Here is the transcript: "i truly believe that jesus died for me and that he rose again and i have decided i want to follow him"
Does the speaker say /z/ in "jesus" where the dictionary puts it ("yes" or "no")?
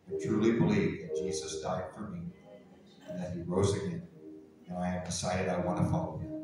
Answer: yes